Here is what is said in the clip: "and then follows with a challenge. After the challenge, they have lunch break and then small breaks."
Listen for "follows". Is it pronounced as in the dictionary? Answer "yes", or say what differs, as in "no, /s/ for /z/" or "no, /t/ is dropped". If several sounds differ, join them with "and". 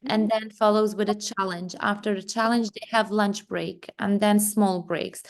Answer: yes